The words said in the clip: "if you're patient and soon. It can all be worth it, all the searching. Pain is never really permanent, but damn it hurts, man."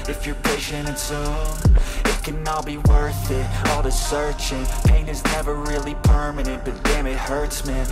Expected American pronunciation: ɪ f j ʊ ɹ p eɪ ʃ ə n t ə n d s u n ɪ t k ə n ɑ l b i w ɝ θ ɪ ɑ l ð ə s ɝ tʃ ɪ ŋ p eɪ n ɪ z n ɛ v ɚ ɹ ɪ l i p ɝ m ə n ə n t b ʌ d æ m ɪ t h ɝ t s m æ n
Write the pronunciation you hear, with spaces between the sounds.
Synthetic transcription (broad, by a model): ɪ f j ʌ ɹ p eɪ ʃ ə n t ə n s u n ɪ t k ə n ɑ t b i w ɝ θ ɪ ɑ l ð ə s ɝ tʃ ɪ ŋ p eɪ n ɪ z n ɛ v ɚ ɹ ɪ l i p ɝ m ə n ə n t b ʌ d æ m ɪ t h ɝ t s m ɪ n